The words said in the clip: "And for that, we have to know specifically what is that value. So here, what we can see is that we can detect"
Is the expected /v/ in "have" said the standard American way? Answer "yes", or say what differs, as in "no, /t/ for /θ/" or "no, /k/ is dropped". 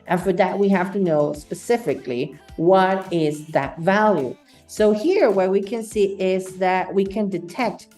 no, /f/ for /v/